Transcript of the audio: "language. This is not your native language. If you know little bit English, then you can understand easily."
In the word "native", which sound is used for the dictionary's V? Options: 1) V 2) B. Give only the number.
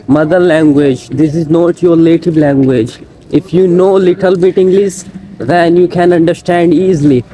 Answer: 2